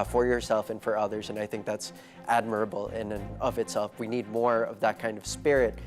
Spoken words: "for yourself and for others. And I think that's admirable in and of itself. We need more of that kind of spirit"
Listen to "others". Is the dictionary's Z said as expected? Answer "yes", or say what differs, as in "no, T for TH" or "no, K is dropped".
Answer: yes